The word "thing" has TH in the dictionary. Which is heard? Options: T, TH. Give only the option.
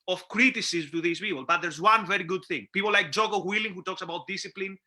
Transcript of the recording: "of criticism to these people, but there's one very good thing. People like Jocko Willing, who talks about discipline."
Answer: TH